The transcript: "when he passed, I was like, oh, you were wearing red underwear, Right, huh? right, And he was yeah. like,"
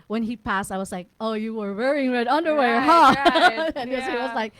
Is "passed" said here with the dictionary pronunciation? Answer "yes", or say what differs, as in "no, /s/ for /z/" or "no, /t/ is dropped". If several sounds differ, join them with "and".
yes